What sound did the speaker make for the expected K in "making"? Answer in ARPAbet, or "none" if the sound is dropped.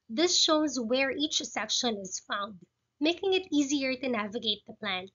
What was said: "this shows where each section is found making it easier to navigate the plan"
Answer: K